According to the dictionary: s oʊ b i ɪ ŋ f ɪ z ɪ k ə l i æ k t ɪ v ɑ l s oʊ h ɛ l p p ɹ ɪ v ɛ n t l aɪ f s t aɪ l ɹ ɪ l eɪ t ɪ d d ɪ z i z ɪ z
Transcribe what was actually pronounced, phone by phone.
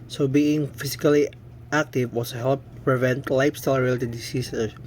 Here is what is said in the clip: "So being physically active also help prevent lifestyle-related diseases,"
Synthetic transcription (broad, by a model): s oʊ b i ɪ ŋ f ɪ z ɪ k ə l i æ k t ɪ w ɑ s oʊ h ɛ l p p ɹ ɪ v ɛ n t l aɪ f s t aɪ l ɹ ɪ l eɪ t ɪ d d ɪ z i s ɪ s